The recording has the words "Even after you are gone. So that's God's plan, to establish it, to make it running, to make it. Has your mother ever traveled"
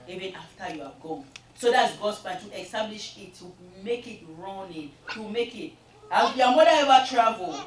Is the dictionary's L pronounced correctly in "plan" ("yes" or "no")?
no